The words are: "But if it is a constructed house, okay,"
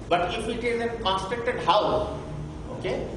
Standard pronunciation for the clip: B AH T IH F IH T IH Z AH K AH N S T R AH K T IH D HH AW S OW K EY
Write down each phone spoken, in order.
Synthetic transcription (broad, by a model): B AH T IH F IH T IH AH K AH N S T AH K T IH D HH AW OW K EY